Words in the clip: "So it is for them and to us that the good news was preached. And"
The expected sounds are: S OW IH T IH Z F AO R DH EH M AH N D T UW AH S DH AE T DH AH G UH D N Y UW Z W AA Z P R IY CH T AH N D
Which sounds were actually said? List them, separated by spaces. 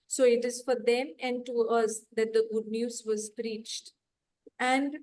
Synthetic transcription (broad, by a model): S OW IH T IH Z F AO R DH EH M AH N D T UW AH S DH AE T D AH G UH D N Y UW Z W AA Z P R IY CH T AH N D